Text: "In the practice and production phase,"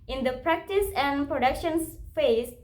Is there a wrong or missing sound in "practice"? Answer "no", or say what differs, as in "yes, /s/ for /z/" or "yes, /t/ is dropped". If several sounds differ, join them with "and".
no